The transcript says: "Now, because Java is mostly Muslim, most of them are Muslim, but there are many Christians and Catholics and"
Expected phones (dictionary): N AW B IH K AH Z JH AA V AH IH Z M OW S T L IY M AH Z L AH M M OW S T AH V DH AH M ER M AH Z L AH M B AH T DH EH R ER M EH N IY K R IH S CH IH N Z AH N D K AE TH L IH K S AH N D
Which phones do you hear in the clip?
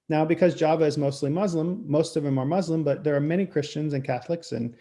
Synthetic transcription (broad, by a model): N AW B IH K AH Z JH AA V AH IH Z M OW S T L IY M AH Z L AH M M OW S T AH V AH M ER M AH Z L AH M B AH T DH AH R M EH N IY K R IH S CH IH N Z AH N K AE TH L IH K S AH N